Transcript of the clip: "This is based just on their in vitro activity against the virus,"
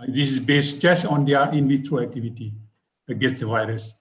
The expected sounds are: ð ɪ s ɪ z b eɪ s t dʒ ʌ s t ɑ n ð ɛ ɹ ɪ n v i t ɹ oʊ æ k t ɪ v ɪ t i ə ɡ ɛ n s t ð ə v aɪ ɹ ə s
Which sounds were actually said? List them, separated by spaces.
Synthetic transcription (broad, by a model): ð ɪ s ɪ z b eɪ s t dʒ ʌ s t ɑ n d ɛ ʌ ɪ n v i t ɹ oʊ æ k t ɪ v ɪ t i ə ɡ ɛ s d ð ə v aɪ ɹ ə s